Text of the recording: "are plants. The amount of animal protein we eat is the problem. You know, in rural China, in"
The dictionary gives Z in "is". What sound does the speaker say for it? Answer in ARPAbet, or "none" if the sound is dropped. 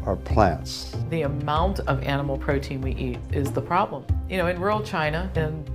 Z